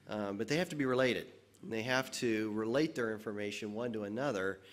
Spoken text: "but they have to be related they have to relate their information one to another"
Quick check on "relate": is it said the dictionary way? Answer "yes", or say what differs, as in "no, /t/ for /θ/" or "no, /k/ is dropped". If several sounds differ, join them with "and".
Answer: yes